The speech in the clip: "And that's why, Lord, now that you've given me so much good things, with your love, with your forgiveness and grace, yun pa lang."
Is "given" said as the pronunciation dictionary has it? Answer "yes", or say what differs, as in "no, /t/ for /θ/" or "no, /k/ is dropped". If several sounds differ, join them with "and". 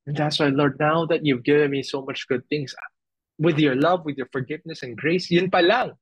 yes